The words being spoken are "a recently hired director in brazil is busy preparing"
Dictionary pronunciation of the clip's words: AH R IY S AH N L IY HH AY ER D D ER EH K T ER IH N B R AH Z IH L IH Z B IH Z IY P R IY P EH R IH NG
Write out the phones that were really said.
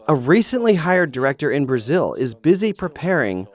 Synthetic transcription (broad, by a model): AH R IY S AH N L IY HH AY ER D D ER EH K T ER IH N B R AH Z IH L IH Z B IH Z IY P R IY P EH R IH NG